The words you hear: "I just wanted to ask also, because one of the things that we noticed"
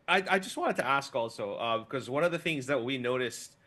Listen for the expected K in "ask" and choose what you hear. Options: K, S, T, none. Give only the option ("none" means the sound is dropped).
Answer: K